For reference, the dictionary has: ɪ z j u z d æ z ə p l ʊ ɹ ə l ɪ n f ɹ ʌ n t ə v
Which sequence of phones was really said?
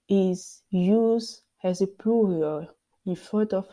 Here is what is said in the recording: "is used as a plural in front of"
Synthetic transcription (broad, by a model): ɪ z j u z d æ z ə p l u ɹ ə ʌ ɪ n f ʌ t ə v